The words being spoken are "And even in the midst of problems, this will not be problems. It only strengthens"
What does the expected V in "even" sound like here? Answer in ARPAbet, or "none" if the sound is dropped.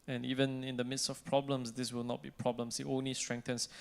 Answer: V